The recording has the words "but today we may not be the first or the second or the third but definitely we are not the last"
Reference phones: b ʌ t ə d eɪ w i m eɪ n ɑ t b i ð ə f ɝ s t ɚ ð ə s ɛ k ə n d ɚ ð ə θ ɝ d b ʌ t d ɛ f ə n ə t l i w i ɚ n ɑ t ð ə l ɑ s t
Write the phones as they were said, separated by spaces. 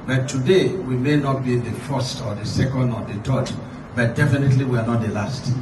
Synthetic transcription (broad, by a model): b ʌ t ə d eɪ w i m eɪ n ɑ t b i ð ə f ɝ s t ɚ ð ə s ɛ k ə n d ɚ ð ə t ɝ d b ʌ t d ɛ f ə n ə t l i w i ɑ n ɑ t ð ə l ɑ s t